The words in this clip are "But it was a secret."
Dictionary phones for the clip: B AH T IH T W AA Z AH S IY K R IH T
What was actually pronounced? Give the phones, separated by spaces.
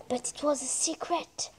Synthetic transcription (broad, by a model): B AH T IH T W AA Z AH S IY K R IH T